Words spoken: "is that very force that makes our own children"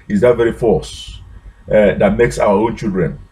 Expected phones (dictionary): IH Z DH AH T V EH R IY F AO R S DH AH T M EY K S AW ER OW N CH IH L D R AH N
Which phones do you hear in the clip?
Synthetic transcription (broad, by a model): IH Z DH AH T V EH R IY F AO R S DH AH T M EY K S AW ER OW N CH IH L D R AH N